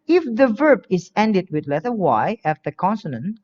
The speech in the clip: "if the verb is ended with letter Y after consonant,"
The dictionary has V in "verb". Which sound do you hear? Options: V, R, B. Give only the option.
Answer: V